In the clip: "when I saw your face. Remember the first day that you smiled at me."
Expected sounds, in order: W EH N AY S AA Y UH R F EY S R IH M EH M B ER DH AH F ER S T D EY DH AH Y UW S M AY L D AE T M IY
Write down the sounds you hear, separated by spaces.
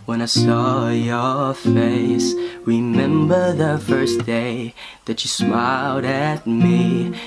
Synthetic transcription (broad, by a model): W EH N AY S AA Y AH R F EY S R IH M EH M B ER DH AH F ER S D EY DH AH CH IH S M AY L D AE T M IY